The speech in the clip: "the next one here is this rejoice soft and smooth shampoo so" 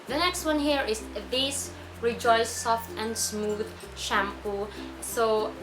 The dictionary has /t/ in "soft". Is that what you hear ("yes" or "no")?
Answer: yes